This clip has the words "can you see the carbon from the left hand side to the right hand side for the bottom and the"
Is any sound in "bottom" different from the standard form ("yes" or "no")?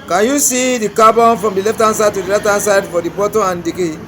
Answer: yes